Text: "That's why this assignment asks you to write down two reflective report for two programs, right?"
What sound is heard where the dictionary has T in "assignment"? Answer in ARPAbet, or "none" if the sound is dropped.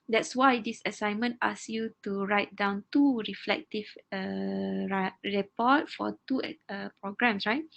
T